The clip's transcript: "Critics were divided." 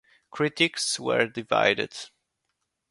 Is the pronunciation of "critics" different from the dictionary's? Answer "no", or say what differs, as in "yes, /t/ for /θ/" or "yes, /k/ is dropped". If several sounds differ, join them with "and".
no